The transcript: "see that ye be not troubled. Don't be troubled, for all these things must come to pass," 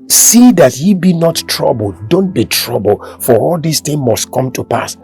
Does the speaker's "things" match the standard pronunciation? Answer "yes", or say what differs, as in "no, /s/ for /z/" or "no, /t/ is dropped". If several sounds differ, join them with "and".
no, /z/ is dropped